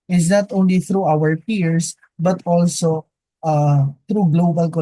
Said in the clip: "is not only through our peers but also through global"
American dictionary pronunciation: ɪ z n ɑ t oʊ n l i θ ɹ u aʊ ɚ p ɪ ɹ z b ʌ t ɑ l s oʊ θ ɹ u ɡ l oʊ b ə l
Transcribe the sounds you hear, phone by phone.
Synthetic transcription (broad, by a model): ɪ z n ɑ t oʊ n l i θ ɹ u aʊ ɚ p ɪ ɹ s b ʌ t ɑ l s oʊ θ ɹ u ɡ l oʊ b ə l